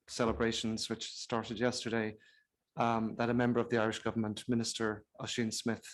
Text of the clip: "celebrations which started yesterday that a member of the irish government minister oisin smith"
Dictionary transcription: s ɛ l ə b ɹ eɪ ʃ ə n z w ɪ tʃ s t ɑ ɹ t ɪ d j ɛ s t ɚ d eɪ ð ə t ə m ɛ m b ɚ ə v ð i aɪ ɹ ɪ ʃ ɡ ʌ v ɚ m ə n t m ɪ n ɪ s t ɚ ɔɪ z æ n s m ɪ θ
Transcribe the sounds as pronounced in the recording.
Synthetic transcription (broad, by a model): s ɛ l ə b ɹ eɪ ʃ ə n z w ɪ tʃ s t ɑ ɹ t ɪ d j ɛ s t ɚ d eɪ ð ə t ə m ɛ m b ɚ ə v ð i aɪ ɹ ɪ ʃ ɡ ʌ v ɚ m ə n t m ɪ n ɪ s t ɚ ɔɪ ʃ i n s m ɪ θ